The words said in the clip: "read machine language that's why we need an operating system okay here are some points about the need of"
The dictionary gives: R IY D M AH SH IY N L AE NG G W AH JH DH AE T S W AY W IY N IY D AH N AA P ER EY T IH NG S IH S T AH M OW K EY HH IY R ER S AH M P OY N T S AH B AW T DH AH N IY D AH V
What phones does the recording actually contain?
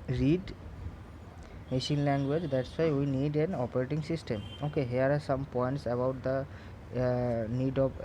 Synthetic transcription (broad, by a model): R IY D M AH SH IY N L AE NG G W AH JH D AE T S W AY W IY N IY D AH N AA P ER EY T IH NG S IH S T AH M OW K EY HH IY ER S AH M P OY N T S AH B AW T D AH N IY D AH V